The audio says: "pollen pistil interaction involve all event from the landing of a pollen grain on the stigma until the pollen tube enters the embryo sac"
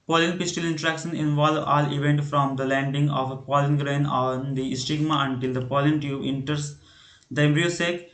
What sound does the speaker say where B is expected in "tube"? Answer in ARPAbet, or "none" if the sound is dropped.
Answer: none